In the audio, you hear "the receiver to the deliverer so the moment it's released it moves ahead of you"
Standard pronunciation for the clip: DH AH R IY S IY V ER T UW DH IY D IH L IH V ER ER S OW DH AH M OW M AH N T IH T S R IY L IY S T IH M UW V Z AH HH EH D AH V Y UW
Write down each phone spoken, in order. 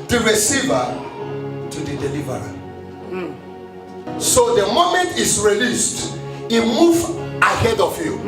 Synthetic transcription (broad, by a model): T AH R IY S IY V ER T UW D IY D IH L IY V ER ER S OW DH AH M OW M AH N T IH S R IY L IY S T IH M UW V AH HH EH D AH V Y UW